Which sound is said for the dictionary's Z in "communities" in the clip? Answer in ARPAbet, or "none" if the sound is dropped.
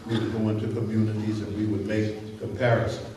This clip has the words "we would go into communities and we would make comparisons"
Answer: Z